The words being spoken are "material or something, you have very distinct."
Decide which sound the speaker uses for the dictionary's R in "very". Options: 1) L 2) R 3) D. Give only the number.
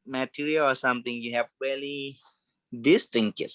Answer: 1